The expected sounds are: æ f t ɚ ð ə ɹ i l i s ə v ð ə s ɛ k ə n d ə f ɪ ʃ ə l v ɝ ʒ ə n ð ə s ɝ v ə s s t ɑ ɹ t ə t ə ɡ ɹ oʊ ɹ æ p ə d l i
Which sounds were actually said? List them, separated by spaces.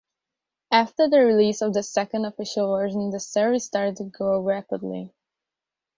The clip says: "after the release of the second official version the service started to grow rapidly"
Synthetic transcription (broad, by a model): æ f t ɚ ð ə ɹ i l i s ə v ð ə s ɛ k ə n d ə f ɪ ʃ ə l v ɝ ʒ ə n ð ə s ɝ ə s s t ɑ ɹ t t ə ɡ oʊ ɹ æ p ə d l i